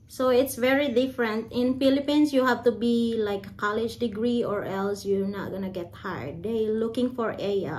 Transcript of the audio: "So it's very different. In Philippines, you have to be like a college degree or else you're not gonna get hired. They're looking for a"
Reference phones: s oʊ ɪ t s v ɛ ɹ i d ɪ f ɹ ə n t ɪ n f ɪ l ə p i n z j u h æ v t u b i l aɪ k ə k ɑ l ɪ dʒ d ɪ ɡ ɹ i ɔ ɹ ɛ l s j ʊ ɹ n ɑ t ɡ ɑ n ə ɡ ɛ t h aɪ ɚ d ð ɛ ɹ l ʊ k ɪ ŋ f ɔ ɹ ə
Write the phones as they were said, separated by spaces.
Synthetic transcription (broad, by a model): s oʊ ɪ t s v ɛ ɹ i d ɪ f ɹ ə n t ɪ n f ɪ l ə p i n s j u h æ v t u b i l aɪ k ə k ɑ l ɪ dʒ d ɪ ɡ ɹ i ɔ ɹ ɛ l s j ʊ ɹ n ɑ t ɡ ɑ n ə ɡ ɛ t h aɪ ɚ d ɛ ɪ l ʊ k ɪ ŋ f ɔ ɹ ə